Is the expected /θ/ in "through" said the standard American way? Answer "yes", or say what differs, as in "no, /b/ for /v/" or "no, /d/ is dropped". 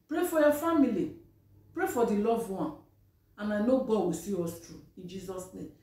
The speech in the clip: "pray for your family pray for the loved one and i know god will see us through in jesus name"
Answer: no, /t/ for /θ/